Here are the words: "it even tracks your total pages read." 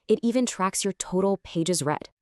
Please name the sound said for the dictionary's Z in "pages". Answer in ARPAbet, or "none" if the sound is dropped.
Z